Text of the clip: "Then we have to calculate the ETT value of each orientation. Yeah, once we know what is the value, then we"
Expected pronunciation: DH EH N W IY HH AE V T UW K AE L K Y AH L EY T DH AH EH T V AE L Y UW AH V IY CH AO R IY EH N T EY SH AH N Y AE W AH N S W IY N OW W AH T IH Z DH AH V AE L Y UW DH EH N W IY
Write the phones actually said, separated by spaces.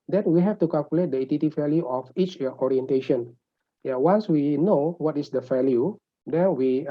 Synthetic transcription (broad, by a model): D EH N W IY HH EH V T UW K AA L K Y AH L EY T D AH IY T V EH L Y UW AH F IY CH AO R IY EH N T EY SH AH N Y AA W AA N S W IY N OW W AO T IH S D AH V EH L Y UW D EH N W IY